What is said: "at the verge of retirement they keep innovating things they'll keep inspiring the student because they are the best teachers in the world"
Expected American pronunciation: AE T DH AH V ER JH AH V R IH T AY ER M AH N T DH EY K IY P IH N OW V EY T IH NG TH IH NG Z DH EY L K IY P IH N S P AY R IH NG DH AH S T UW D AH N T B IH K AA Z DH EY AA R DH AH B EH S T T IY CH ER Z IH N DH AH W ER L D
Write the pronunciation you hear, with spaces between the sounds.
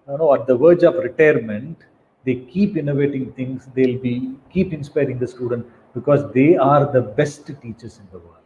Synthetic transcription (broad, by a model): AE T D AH V ER JH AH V R IH T AY ER M AH N T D EY K IY P IH N OW V EY T IH NG T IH NG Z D EY L K IY P IH N S P AY R IH NG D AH S T UW D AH N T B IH K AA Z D EY AA R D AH B EH S T T IY CH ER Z IH N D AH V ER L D